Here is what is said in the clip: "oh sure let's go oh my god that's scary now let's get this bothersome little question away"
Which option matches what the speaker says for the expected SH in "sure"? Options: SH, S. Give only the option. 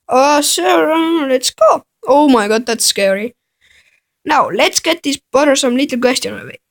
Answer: S